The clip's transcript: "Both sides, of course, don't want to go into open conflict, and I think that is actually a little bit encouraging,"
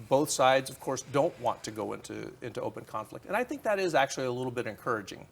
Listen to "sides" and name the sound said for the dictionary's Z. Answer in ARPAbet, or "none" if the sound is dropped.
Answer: Z